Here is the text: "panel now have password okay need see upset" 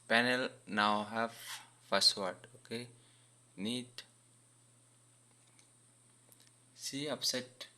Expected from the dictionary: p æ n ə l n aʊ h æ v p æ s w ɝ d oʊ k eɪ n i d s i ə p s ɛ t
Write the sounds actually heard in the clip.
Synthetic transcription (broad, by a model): p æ n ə l n aʊ h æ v f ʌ s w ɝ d oʊ k eɪ n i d s i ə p s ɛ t